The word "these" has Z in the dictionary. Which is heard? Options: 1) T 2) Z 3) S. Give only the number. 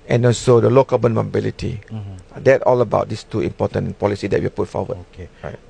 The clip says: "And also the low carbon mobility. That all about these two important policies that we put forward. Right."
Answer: 3